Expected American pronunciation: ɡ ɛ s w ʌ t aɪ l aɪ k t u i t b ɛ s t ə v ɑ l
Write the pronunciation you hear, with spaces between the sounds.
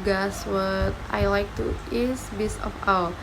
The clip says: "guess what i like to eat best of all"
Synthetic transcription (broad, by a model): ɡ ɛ s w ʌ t aɪ l aɪ k t u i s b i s ə f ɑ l